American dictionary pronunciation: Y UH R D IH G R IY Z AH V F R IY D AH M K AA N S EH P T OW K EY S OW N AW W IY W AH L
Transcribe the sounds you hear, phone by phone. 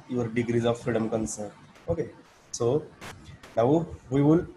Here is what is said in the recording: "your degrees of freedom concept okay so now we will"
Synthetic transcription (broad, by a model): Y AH R D IH G R IY Z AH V F R IY D AH M K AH N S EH T OW K EY S OW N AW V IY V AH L